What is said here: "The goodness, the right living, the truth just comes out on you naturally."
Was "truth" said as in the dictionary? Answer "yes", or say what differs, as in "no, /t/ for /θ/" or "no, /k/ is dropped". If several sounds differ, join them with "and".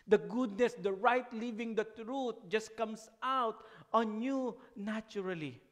no, /t/ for /θ/